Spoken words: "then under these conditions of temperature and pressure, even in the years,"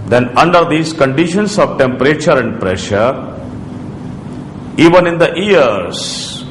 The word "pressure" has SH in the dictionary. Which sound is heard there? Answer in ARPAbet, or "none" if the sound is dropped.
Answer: SH